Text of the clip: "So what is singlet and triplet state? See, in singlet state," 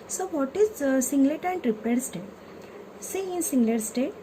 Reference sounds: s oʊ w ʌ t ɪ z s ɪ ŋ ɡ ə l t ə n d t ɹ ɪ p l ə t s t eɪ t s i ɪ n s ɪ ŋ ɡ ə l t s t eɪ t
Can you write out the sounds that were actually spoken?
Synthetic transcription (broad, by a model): s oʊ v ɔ t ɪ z s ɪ ŋ ɡ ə t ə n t ɹ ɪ p ə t s t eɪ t s i ɪ n s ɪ ŋ ɡ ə t s t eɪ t